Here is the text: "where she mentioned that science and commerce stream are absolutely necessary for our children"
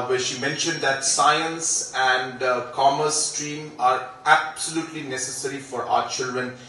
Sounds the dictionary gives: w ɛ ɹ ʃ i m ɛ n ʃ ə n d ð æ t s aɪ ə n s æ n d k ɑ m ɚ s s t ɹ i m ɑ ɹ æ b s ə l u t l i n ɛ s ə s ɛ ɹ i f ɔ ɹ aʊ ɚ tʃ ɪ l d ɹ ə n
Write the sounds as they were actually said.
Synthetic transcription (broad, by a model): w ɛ ʃ i m ɛ n ʃ ə n d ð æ t s aɪ ə n s æ n d k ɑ m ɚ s s t ɹ i m ɑ ɹ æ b s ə l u t l i n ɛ s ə s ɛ ɹ i f ɔ ɹ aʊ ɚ tʃ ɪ l d ɹ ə n